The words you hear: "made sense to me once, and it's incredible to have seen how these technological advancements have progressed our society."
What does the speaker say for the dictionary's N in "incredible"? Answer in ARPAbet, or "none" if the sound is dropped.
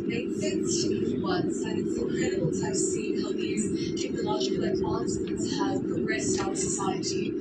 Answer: L